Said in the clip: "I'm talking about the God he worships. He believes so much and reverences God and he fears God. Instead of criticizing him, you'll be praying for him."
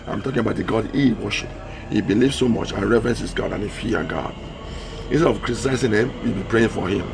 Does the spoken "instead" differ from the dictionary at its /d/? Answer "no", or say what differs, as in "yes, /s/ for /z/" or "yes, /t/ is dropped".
yes, /d/ is dropped